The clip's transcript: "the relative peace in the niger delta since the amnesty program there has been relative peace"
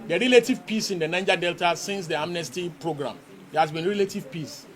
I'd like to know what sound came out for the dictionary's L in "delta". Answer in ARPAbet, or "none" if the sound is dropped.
L